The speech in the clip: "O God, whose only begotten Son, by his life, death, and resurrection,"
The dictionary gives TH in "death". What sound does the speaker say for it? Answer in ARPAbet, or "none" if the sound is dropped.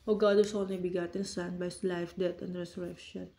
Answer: T